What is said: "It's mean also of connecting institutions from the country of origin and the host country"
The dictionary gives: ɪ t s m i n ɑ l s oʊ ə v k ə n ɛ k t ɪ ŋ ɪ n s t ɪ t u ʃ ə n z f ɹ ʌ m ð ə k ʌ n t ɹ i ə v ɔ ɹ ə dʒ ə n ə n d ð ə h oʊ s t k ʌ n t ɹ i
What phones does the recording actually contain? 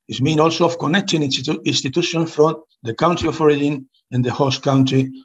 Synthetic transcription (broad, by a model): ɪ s m i n ɑ l s oʊ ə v k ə n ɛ k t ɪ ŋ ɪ n s t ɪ t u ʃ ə n f ɹ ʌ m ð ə k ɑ n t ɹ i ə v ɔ ɹ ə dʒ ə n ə n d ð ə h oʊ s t k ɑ n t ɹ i